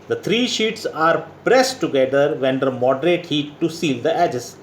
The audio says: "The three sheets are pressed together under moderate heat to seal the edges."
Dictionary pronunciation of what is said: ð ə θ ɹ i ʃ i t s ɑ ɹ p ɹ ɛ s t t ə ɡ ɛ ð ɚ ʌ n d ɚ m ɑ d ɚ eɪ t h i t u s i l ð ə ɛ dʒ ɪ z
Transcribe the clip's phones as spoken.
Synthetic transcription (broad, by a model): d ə t ɹ i ʃ i t s ɑ ɹ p ɹ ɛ s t t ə ɡ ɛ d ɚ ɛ n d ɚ m ɑ d ɚ eɪ t h i t u s i l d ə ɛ dʒ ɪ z